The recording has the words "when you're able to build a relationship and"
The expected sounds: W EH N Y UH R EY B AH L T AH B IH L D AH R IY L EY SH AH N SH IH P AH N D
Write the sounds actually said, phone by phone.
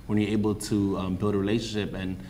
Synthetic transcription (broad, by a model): W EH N Y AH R EY B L T AH B IH L D AH R IY L EY SH AH N SH IH P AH N